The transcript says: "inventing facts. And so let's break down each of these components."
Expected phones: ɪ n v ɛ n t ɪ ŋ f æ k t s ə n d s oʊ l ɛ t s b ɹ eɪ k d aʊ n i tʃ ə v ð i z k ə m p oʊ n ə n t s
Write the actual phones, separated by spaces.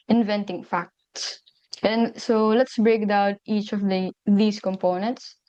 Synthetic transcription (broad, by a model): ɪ n v ɛ n t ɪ ŋ f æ k t s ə n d s oʊ l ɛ t s b ɹ eɪ k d aʊ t i tʃ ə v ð i s k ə m p oʊ n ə n t s